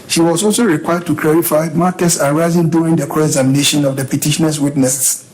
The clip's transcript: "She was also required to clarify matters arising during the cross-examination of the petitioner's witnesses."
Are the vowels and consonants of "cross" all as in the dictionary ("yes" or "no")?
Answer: no